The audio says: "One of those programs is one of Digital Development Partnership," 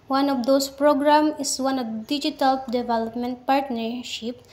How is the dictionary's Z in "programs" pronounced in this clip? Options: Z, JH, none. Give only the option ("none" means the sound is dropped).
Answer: none